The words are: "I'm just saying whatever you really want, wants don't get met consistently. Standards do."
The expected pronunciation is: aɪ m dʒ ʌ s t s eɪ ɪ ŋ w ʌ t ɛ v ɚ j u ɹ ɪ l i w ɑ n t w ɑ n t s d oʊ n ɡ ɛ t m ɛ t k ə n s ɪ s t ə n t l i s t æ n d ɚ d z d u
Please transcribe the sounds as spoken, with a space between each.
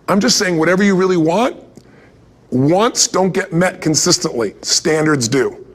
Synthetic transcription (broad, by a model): aɪ m dʒ ʌ s t s eɪ ɪ ŋ w ʌ t ɛ v ɚ j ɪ ɹ ɪ l i w ɑ n t w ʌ n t s d oʊ n ɡ ɛ t m ɛ t k ə n s ɪ s t ə n t l i s t æ n d ɚ d z d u